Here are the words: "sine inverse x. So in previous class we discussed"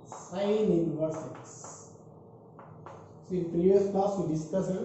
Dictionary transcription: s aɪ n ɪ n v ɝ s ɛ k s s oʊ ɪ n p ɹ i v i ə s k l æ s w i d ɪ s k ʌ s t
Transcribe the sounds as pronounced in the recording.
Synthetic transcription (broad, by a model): s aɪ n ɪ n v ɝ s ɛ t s s oʊ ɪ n p ɹ i v i ə s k ɑ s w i d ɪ s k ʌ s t